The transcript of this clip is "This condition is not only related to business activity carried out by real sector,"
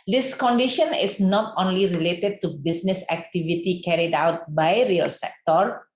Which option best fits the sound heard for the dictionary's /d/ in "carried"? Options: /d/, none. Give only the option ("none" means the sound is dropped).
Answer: /d/